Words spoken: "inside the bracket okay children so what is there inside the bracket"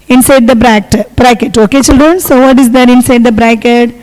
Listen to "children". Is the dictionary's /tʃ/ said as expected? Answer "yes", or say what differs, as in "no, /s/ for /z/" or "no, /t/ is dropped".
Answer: yes